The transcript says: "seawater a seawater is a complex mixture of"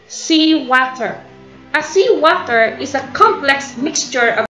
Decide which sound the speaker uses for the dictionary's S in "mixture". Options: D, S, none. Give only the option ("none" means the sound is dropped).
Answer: S